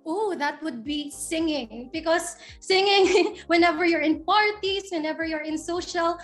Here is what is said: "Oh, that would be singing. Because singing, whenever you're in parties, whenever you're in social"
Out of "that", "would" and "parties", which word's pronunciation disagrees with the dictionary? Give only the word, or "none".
parties